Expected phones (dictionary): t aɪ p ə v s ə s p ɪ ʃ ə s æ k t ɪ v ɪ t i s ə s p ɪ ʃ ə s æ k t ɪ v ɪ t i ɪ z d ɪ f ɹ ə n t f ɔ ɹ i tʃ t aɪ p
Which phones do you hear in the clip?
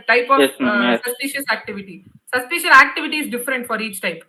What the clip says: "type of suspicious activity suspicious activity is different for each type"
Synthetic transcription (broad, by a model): t aɪ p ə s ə s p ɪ ʃ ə s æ k t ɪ v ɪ t i s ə s p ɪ ʃ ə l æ k t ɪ v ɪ t i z d ɪ f ɹ ə n t f ɔ ɹ i tʃ t aɪ p